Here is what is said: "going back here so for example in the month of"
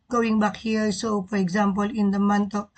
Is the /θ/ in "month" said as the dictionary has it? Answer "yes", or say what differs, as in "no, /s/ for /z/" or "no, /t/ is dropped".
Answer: no, /t/ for /θ/